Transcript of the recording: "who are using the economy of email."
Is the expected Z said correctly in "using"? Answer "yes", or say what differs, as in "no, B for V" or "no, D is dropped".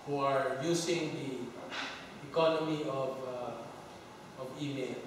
no, S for Z